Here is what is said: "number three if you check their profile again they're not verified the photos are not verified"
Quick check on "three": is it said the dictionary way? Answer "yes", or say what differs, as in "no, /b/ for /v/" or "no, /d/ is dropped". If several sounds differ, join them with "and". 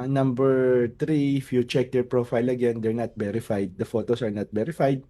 no, /t/ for /θ/